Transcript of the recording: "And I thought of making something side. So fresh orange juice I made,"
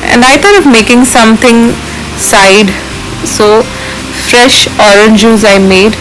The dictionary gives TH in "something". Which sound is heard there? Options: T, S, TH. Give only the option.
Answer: T